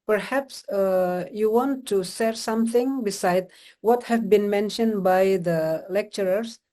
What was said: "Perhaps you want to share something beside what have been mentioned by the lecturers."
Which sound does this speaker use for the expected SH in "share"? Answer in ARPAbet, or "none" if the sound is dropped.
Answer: S